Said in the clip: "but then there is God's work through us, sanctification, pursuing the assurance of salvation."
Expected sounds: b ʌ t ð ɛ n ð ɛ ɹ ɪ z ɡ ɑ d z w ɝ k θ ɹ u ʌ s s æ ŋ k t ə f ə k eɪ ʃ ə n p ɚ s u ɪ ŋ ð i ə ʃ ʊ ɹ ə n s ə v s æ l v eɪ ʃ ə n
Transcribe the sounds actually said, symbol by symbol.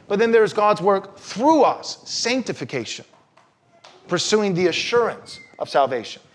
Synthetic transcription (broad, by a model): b ʌ t ð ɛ n ð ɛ ɹ ɪ z ɡ ɑ d z w ɝ k θ ɹ u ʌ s s æ ŋ k t ə f ə k eɪ ʃ ə n p ɚ s u ɪ ŋ ð i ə ʃ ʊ ɹ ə n s ə v s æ l v eɪ ʃ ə n